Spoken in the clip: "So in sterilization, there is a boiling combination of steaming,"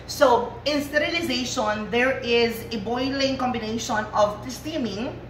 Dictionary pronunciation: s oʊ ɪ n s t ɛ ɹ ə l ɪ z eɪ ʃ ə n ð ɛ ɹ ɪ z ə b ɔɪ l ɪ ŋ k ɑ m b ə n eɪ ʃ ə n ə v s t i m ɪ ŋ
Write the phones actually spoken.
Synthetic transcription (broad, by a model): s oʊ ɪ n s t ɛ ɹ ə l ɪ z eɪ ʃ ə n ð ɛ ɹ ɪ z ə b ɔɪ l ɪ ŋ k ɑ m b ə n eɪ ʃ ə n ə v s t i m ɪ ŋ